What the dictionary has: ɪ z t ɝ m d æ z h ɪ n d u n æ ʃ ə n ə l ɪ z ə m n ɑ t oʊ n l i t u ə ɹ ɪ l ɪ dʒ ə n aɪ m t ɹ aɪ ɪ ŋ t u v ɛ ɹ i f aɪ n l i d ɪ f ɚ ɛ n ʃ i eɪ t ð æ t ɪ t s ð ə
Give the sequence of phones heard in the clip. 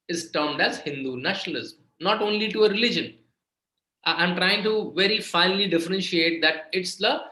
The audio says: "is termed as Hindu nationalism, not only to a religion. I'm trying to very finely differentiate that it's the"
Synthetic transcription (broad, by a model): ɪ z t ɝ m d æ z h ɪ n d u n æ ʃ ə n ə l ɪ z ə m n ɑ t oʊ n l i t u ə ɹ ɪ l ɪ dʒ ə n aɪ m t ɹ aɪ ɪ ŋ t u v ɛ ɹ i f aɪ n l i d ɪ f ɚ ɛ n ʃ i eɪ t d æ t ɪ t s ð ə